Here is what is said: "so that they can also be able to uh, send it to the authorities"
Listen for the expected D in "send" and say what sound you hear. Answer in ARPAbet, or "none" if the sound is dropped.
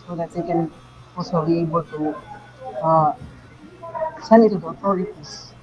none